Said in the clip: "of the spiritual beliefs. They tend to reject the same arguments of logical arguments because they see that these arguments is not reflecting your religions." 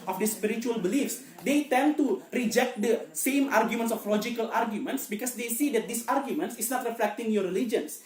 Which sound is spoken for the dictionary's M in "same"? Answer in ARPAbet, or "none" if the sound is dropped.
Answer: M